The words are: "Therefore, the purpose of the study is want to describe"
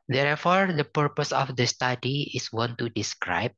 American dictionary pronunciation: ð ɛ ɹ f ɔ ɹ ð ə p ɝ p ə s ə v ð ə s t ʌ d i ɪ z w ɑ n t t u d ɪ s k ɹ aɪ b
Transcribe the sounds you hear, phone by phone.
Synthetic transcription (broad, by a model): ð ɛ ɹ f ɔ ɹ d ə p ɝ p ə s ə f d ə s t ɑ d i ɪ s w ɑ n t t u d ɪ s k ɹ aɪ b